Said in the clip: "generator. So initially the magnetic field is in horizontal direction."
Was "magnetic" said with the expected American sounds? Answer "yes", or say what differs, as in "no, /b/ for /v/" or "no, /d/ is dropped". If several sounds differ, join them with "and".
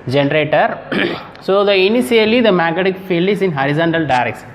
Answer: no, /n/ is dropped